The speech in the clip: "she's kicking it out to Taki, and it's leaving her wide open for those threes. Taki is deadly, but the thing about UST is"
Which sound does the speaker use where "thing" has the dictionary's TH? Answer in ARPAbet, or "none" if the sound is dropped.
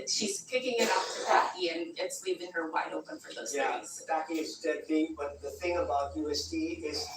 TH